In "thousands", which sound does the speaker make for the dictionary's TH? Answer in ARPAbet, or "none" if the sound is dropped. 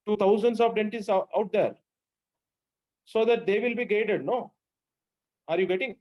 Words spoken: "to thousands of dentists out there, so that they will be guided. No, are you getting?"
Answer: T